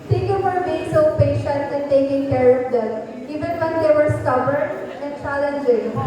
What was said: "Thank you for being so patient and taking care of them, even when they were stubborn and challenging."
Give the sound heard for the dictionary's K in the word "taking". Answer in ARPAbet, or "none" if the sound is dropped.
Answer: K